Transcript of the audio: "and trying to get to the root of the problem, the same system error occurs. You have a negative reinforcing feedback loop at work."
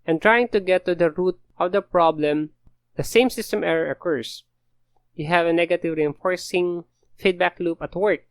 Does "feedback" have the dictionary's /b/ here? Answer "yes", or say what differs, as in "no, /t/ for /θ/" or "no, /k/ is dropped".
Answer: yes